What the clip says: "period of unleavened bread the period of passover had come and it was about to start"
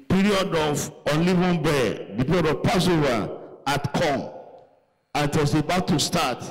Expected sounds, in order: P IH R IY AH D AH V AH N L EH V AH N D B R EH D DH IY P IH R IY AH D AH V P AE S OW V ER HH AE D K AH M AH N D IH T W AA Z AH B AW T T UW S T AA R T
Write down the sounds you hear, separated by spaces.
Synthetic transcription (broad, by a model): P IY R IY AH D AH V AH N L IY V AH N B EH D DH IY P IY R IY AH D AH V P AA S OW V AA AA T K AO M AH N IH T W AA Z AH B AW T T UW S T AA T